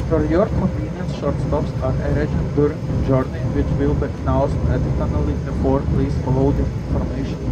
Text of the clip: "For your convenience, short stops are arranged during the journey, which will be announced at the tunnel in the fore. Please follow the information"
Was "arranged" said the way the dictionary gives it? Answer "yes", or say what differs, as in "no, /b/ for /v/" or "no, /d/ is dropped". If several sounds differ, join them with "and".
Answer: no, /n/ is dropped